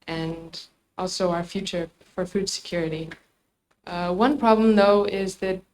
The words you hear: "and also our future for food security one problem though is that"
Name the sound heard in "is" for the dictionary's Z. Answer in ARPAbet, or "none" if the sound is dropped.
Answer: Z